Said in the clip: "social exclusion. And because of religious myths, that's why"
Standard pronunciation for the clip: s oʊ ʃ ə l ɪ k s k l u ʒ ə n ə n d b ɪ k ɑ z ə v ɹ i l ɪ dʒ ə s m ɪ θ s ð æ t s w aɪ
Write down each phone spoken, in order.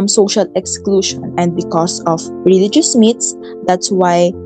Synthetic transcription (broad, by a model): s oʊ ʃ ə l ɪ k s k l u ʃ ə n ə n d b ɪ k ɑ s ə f ɹ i l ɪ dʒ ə s m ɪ t s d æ t s w aɪ